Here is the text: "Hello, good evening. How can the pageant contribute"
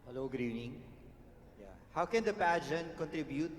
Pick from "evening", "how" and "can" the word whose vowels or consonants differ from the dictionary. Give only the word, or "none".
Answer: evening